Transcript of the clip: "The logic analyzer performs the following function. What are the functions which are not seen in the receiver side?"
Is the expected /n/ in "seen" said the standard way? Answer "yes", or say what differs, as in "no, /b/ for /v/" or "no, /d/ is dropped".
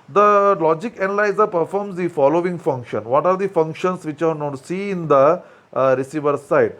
no, /n/ is dropped